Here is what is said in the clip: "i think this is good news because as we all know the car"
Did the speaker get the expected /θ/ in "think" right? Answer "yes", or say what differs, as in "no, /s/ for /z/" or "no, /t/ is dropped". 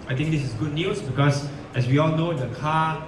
no, /t/ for /θ/